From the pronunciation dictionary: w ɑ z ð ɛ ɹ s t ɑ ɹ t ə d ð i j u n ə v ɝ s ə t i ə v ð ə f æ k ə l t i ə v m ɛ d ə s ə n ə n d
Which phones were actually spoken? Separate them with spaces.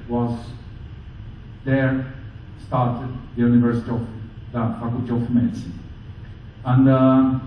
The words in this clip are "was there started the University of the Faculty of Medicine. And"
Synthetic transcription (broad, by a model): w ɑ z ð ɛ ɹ s t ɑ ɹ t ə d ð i j u n ə v ɝ s ə t i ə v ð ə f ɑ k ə t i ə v m ɛ d ə s ə n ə n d